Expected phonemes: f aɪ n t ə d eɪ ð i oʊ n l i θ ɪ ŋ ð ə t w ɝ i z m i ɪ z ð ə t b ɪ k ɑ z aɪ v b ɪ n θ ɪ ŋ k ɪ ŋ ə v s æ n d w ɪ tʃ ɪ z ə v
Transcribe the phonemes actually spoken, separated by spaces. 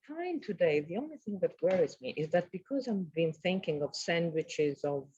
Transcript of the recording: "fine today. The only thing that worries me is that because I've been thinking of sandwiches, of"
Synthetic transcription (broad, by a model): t aɪ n t ə d eɪ ð i oʊ n l i θ ɪ ŋ ð ə t w ɝ i z m i ɪ z ð ə t b ɪ k ɑ z aɪ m b ɪ n θ ɪ ŋ k ɪ ŋ ə v s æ n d w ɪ tʃ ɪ z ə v